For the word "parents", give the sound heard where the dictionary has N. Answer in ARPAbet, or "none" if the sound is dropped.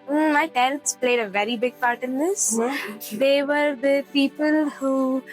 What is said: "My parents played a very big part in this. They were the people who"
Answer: none